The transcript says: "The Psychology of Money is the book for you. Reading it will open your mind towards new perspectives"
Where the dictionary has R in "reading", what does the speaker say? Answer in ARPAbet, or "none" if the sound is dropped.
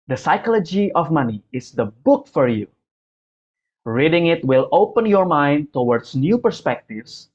R